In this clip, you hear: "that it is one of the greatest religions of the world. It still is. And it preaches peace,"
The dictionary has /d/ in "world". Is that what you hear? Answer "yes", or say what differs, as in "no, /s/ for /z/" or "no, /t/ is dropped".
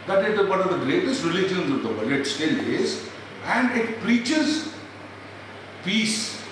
no, /d/ is dropped